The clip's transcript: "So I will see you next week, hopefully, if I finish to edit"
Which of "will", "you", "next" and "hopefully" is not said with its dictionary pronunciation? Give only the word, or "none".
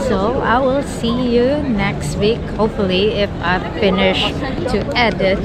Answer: hopefully